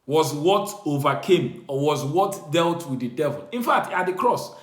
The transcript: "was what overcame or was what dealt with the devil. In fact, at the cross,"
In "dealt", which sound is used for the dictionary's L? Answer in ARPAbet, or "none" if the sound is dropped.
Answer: L